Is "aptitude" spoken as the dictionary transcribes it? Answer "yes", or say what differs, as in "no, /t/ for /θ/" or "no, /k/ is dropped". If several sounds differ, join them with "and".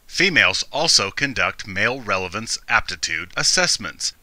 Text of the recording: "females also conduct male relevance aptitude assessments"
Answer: yes